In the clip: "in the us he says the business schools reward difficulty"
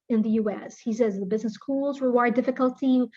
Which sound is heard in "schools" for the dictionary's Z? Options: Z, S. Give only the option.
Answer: Z